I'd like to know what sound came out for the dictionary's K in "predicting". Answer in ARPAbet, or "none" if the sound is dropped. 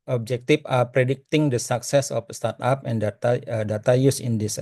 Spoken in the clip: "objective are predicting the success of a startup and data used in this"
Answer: K